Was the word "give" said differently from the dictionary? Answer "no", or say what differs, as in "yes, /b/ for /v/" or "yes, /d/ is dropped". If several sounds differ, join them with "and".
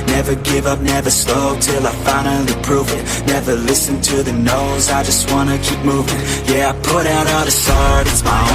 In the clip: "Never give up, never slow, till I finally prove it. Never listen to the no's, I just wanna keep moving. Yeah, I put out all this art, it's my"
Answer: no